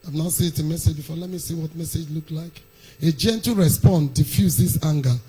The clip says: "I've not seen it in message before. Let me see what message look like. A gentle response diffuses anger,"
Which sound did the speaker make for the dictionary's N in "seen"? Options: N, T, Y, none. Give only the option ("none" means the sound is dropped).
none